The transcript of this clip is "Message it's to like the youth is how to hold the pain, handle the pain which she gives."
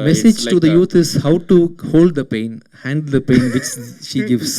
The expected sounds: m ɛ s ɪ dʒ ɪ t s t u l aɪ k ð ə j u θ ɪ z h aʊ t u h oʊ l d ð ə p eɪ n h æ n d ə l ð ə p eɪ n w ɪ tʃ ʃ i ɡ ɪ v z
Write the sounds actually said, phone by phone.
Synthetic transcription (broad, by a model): m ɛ s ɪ dʒ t t u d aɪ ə j u t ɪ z h aʊ t u h oʊ l d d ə p eɪ n h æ n d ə l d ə p eɪ n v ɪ tʃ ʃ i ɡ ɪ v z